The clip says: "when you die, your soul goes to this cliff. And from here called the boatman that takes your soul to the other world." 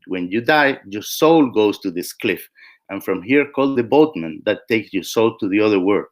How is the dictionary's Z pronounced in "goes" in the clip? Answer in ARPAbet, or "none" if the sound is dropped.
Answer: S